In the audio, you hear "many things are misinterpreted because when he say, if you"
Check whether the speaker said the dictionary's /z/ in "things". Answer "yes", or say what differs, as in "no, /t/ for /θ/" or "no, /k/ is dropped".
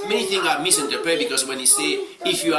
no, /z/ is dropped